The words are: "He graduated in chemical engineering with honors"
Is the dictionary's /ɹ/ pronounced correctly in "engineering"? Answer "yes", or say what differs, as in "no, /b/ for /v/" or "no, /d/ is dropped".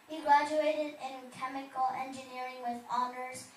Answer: yes